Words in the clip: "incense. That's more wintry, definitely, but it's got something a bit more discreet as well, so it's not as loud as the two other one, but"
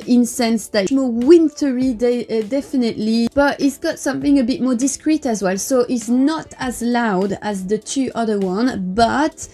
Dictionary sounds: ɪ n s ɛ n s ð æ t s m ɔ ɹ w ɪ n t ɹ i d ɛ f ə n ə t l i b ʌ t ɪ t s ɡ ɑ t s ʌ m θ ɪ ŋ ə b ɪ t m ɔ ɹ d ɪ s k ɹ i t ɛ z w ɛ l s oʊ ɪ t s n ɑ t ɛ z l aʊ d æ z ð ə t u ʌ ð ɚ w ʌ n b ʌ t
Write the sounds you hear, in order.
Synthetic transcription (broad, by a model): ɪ n s ɛ n s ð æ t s m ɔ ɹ w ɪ n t ɹ i d ɛ f ə n ə t l i b ʌ t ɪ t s ɡ ɑ t s ʌ m θ ɪ ŋ ə b ɪ t m ɔ ɹ d ɪ s k ɹ i t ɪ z w ɛ l s oʊ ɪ t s n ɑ t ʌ z l aʊ d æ z ð ə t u ʌ ð ɚ w ʌ n b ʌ t